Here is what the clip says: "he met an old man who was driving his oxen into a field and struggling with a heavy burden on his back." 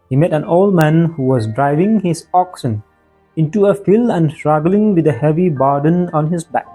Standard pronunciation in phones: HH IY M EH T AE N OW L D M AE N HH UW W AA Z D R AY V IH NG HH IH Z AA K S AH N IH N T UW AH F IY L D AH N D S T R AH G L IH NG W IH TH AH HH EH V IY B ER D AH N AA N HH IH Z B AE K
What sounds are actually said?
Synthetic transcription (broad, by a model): HH IY M EH T AE N OW L D M AE N HH UW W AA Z D R AY V IH NG HH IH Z AA K S AH N IH N T UW AH F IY L AH N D S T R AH G L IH NG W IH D AH HH EH V IY B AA D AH N AA N HH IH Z B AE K